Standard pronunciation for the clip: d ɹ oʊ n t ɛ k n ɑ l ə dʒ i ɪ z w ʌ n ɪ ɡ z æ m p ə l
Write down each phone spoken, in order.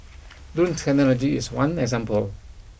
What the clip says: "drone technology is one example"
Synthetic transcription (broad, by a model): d u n t ɛ k n ɑ l ə dʒ i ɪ s w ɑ n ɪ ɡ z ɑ m p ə l